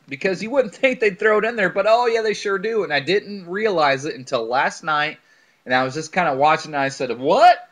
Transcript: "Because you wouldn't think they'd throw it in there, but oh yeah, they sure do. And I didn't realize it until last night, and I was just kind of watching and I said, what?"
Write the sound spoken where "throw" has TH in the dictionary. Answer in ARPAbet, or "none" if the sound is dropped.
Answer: TH